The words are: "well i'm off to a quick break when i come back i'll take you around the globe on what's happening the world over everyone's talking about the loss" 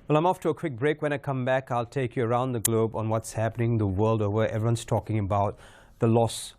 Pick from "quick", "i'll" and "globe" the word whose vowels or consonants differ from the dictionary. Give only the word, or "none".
none